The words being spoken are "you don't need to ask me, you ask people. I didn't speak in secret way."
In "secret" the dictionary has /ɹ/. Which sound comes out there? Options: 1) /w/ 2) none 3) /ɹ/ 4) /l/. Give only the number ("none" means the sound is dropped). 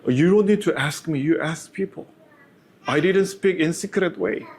3